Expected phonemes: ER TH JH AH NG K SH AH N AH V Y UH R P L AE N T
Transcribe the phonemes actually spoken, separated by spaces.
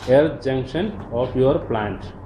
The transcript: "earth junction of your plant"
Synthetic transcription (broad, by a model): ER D JH AH NG K SH AH N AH P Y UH R P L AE N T